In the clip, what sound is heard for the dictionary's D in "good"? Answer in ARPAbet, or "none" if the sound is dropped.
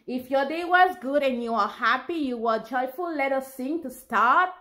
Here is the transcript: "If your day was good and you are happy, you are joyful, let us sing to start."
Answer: D